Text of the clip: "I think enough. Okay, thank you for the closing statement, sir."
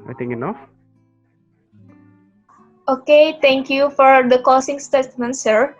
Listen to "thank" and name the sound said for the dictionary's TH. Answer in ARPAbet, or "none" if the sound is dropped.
T